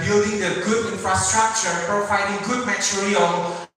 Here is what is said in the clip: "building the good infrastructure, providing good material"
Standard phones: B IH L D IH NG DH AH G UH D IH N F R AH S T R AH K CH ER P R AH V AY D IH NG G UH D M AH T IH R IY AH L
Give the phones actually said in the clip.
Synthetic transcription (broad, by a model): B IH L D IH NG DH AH G UH D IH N F R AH S T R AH K CH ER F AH F AY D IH NG G UH D M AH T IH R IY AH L